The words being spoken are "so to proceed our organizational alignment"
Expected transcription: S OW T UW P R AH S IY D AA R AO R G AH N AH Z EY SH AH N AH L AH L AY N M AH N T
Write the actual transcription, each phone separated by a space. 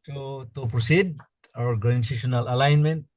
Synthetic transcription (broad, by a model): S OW T UW P R AH S IY D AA W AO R G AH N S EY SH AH N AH L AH L AY N M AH N T